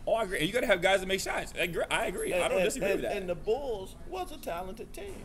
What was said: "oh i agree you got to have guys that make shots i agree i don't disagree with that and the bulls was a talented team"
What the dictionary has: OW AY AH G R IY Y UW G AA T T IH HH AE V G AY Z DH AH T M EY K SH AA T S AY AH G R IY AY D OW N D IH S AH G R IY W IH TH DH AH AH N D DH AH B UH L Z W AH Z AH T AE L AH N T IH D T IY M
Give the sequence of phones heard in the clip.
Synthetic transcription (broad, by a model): OW AY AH G R IY Y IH G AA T T IH V G AY Z DH AH T M EY K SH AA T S AY AH G R IY AY D OW N D IH S AH G R IY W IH DH AH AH N DH AH B UH L Z W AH S AH T AE L AH N T IH D T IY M